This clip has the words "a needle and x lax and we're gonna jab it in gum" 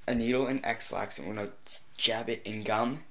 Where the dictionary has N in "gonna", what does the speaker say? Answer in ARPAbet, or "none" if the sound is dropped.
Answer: none